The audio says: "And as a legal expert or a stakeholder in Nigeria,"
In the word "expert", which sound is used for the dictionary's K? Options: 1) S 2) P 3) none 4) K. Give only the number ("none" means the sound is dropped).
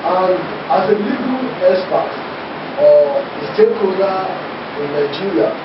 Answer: 3